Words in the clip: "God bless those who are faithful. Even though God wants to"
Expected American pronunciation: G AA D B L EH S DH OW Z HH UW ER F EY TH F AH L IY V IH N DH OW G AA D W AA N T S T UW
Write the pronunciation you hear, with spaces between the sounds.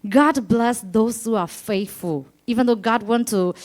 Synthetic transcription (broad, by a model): G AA D B L EH S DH OW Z HH UW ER F EY TH F AH L IY V IH N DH OW G AA D W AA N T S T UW